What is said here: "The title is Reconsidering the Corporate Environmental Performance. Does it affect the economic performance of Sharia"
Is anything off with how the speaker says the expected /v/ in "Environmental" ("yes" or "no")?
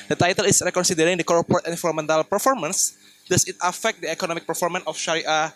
yes